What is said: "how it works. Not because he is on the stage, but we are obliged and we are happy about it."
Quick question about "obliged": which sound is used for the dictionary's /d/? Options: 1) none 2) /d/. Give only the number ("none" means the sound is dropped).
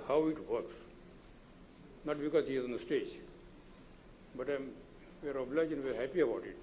1